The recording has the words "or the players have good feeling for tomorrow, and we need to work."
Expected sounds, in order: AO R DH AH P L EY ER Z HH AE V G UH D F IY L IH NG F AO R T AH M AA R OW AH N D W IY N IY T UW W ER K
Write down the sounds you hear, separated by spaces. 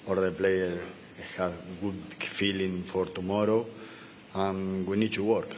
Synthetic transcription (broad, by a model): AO R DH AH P L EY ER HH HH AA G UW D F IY L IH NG F AO R T AH M AA R OW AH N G W IY N IY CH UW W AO K